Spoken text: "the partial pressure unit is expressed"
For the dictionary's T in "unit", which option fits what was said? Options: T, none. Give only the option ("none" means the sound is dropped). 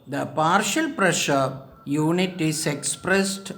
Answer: T